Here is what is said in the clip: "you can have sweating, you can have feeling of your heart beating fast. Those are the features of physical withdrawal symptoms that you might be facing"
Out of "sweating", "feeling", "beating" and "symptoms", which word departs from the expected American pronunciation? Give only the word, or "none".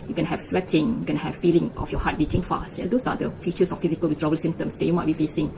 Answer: symptoms